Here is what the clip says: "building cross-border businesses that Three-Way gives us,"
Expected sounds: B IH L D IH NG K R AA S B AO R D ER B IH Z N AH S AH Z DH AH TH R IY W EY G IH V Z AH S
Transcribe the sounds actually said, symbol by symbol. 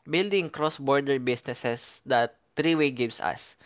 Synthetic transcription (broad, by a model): B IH L D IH NG K R AA S B AO R D ER B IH S N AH S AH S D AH T R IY W EY G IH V S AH S